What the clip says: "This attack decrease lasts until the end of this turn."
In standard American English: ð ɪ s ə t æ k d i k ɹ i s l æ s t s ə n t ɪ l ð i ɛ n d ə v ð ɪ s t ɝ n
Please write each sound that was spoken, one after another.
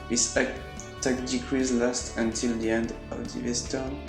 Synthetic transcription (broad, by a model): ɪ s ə t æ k d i k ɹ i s l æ s t ə n t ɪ l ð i ɛ n d ə v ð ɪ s t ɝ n